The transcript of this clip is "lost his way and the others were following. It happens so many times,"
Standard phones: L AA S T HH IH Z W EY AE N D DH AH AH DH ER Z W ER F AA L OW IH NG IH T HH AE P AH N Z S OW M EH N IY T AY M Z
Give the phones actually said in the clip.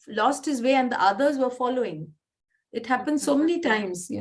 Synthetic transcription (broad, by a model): L AA S T HH IH Z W EY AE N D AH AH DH ER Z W ER F AA L OW IH NG IH T HH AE P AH N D S OW M EH N IY T AY M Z